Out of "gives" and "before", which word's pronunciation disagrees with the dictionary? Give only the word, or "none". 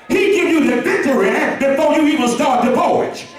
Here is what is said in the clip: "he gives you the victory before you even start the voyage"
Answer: gives